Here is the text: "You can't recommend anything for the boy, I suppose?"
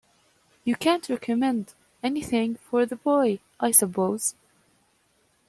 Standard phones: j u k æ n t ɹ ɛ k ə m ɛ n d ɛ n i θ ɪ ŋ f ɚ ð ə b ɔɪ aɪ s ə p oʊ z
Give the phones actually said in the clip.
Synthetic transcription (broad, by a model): j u k æ n t ɹ ɛ k ə m ɛ n d ɛ n i θ ɪ ŋ f ɚ ð ə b ɔɪ aɪ s ə p oʊ z